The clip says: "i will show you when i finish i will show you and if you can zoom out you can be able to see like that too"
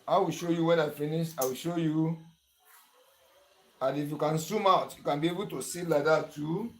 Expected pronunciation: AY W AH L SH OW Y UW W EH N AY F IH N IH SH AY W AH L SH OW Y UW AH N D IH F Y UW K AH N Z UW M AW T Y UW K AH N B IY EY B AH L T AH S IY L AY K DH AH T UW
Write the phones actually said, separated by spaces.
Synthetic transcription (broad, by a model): AY W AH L SH OW Y UW W EH N AY F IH N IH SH AY W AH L SH OW Y UW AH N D IH F Y UW K AH N S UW M AW T Y UW K AH N B IY EY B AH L T AH S IY L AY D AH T UW